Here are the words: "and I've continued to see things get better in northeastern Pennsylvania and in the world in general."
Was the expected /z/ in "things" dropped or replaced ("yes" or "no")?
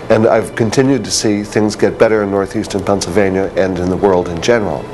no